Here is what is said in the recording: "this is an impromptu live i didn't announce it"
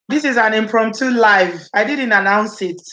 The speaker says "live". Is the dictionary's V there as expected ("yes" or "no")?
yes